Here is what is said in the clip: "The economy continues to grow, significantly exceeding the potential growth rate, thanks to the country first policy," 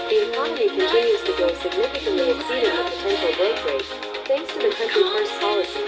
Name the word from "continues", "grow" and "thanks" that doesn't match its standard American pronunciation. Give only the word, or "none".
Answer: grow